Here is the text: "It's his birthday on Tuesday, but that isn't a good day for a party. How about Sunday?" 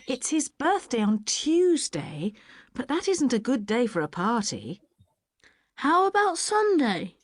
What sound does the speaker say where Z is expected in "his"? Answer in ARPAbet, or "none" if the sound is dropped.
Z